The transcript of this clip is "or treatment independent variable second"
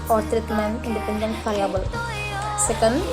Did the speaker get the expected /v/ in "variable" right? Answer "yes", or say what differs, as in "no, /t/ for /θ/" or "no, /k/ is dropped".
no, /f/ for /v/